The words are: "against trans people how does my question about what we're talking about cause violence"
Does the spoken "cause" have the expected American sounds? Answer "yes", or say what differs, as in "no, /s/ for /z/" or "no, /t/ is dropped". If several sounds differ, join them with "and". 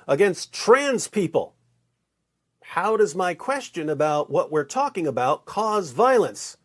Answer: yes